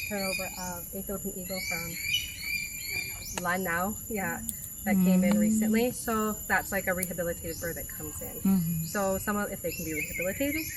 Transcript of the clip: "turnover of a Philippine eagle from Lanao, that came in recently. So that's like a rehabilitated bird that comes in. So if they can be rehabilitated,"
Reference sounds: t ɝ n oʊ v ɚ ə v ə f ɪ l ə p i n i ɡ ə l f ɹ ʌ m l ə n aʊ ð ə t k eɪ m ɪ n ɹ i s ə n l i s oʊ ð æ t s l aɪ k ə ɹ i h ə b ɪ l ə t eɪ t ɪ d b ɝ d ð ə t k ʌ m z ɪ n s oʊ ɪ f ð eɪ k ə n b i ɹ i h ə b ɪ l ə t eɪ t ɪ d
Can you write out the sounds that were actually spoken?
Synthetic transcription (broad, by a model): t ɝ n oʊ v ɚ ə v ə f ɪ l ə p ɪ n i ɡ l f ɹ ʌ m l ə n aʊ ð ə t k eɪ m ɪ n l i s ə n l i s oʊ ð æ t s l aɪ k ə ɹ i h ə b ɪ l ə t eɪ t ɪ d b ɝ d ð ə t k ʌ m z ɪ n s oʊ ɪ f ð eɪ k n b i ɹ i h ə b ɪ l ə t eɪ t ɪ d